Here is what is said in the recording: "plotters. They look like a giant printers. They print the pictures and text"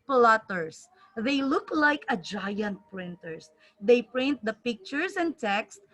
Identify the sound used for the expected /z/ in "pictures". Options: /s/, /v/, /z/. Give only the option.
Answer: /s/